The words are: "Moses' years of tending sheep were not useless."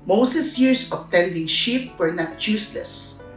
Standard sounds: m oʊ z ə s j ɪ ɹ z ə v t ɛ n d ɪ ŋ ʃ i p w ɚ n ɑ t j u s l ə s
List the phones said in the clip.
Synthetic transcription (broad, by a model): m oʊ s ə s j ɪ ɹ s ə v t ɛ n d ɪ ŋ ʃ i p w ɚ n ɑ t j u s l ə s